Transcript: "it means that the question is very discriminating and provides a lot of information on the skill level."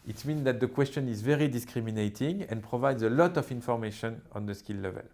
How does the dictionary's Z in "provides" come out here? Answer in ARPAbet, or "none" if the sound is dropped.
Z